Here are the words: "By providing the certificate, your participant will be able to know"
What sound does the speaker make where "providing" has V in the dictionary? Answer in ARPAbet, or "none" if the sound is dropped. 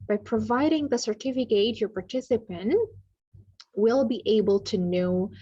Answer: V